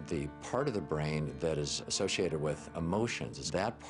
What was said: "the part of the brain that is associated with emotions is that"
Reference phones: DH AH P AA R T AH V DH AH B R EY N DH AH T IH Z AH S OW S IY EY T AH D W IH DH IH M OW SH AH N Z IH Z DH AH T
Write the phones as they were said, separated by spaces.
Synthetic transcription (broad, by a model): DH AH P AA R T AH V DH AH B R EY N DH AH T IH Z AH S OW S IY EY T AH D W IH DH IH M OW SH AH N Z IH Z DH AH T